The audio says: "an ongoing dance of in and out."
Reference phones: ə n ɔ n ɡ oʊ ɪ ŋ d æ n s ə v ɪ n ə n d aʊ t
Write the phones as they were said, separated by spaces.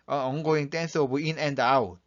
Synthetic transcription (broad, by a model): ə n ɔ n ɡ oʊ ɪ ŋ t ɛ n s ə b ɪ n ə n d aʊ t